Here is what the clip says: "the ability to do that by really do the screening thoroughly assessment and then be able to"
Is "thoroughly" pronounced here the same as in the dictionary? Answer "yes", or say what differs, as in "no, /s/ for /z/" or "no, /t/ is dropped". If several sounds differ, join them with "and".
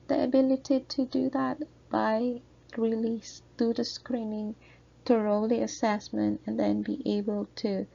no, /t/ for /θ/